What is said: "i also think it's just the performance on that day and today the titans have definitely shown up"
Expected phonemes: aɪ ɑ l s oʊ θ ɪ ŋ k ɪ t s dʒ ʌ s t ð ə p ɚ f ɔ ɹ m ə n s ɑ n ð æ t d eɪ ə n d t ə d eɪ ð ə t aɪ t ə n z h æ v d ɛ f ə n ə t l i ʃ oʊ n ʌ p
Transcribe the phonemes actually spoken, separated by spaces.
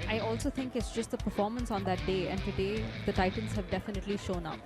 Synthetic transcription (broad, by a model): aɪ ɑ l s oʊ t ɪ ŋ k ɪ t s dʒ ʌ s t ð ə p ɚ f ɔ ɹ m ə n s ɑ n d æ t d eɪ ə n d t ə d eɪ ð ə t aɪ t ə n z h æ v d ɛ f ə n ə t l i ʃ oʊ n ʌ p